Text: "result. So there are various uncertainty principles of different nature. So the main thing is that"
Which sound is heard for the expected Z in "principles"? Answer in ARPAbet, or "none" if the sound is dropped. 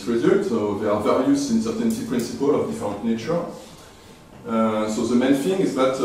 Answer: none